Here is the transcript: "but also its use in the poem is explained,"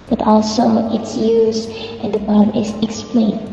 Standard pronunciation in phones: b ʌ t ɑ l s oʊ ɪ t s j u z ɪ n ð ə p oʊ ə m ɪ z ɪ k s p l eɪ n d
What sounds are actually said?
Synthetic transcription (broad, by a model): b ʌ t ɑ l s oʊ ɪ t s j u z ɪ n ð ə b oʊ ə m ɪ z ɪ k s p l eɪ n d